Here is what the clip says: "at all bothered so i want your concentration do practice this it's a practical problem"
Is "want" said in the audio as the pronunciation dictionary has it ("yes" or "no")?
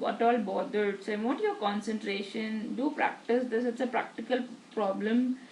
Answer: no